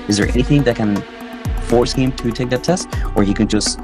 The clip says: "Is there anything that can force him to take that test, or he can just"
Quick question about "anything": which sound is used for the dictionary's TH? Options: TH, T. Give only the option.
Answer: TH